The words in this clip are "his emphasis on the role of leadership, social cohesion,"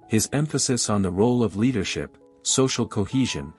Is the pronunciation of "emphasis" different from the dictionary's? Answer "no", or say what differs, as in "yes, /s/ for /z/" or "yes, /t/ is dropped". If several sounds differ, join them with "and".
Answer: no